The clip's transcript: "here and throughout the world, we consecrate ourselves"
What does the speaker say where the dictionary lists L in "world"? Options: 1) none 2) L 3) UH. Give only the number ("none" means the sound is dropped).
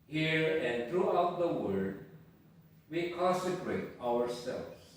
1